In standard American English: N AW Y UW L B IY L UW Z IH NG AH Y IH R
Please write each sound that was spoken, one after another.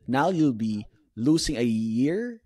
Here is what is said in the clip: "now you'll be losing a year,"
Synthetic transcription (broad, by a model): N AW Y UW L B IY L UW S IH NG AH Y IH R